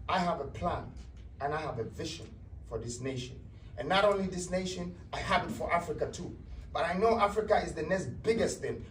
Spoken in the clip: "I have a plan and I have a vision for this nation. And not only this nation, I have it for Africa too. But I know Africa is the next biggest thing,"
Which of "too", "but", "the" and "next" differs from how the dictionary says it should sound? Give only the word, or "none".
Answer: next